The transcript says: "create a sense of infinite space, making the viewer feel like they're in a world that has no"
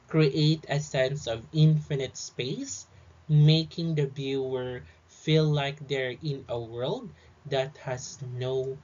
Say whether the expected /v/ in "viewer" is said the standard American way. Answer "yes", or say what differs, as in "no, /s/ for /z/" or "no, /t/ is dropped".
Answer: no, /b/ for /v/